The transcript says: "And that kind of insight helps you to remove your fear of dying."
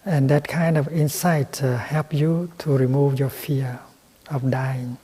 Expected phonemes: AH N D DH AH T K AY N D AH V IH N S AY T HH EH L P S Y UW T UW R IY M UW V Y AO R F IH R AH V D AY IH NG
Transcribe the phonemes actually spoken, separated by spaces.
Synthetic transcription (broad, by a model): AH N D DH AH T K AY N D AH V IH N S AY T HH EH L P Y UW T UW R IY M UW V Y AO F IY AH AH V D AY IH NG